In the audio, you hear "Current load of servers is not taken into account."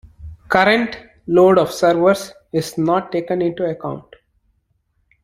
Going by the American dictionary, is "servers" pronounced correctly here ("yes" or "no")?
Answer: no